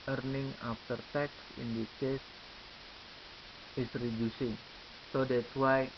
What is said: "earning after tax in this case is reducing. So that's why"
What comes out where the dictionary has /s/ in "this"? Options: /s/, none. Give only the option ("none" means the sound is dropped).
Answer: none